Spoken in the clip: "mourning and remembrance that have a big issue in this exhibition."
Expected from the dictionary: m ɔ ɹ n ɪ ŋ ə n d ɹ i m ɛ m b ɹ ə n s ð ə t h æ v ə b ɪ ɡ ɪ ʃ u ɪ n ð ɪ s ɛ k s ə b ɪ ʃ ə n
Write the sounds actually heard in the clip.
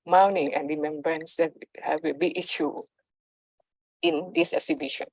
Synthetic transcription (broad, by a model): m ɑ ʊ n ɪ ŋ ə n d ɹ i m ɛ m b ɹ ə n s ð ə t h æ w ə b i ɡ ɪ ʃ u ɪ n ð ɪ s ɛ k s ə b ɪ ʃ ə n